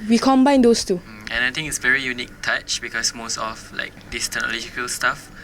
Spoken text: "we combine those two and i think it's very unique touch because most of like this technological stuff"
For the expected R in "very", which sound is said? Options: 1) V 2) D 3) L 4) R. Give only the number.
4